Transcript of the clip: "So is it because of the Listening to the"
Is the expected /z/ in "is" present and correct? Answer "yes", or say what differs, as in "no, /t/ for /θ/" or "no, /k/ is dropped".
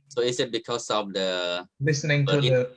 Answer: no, /s/ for /z/